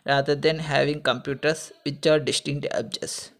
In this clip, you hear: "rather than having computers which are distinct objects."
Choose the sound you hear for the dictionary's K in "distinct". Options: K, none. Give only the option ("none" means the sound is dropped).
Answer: none